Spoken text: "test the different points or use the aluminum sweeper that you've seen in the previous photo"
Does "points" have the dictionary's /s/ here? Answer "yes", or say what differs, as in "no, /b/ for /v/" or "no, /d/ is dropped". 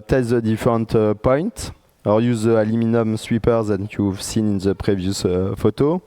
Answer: no, /s/ is dropped